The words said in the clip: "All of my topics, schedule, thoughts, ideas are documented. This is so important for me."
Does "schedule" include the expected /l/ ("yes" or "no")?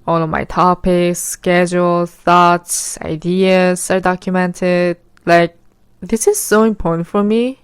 yes